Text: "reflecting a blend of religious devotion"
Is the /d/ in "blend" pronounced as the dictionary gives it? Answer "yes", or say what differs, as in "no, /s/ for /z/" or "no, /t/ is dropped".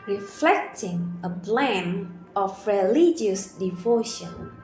no, /d/ is dropped